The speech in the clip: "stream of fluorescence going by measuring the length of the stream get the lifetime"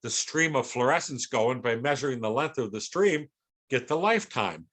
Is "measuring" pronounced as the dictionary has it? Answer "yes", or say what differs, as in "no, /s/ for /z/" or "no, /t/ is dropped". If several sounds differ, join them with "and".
yes